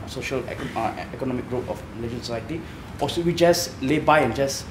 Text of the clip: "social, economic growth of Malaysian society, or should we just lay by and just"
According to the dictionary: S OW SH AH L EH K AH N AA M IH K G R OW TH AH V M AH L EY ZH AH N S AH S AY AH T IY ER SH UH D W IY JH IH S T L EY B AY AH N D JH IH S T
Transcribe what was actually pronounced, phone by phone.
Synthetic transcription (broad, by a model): S OW SH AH L EH K AH N AA M IH K G R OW T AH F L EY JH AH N S AH S AY AH T IY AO S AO W IY JH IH S L EY B AY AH N JH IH S